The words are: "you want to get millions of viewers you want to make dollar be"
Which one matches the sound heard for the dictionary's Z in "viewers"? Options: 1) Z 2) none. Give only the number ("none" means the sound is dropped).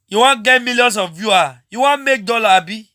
2